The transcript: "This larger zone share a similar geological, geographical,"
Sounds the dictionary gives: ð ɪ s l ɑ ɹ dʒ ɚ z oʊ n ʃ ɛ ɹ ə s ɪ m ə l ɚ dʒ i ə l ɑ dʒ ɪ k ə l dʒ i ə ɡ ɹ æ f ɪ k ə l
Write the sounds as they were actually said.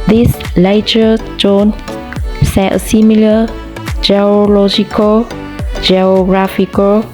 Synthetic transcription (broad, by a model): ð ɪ s l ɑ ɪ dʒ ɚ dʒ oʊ n s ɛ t ə s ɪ m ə l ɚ dʒ i ə l ɑ dʒ ɪ k ə l dʒ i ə ɡ ɹ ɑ f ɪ k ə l